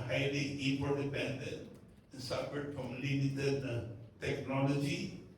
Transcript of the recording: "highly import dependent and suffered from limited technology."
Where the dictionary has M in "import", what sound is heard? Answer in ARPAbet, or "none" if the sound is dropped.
none